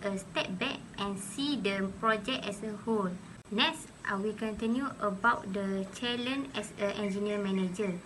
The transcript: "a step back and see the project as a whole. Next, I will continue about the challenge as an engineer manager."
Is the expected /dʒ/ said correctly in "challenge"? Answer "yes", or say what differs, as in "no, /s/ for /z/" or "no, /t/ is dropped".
no, /dʒ/ is dropped